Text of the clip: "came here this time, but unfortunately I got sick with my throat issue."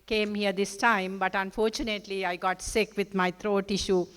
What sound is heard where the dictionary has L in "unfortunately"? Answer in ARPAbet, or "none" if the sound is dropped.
L